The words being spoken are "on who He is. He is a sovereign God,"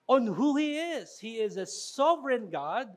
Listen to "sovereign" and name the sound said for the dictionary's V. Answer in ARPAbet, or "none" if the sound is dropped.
V